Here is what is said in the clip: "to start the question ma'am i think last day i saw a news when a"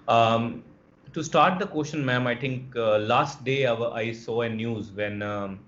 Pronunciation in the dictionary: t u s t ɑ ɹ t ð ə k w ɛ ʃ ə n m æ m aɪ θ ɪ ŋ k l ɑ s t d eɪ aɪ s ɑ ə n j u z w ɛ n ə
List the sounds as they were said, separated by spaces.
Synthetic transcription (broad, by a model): t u s t ɑ ɹ t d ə k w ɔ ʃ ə n m æ m aɪ t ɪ ŋ k l ɑ s t d eɪ aɪ s ɑ ə n j u z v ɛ n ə